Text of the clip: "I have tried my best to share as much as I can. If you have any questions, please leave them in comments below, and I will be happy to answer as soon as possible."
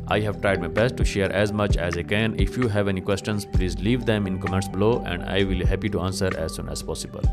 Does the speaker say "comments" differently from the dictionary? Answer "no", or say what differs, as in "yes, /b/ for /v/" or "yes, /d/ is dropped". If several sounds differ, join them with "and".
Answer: yes, /n/ is dropped